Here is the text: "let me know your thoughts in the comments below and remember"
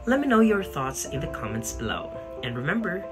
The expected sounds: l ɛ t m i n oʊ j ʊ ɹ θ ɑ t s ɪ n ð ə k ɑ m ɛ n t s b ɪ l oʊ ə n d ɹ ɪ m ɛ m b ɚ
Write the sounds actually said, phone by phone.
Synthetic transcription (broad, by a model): l ɛ t m i n oʊ j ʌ ɹ θ ɑ t s ɪ n ð ə k ɑ m ɛ n t s b ɪ l oʊ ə n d ɹ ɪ m ɛ m b ɚ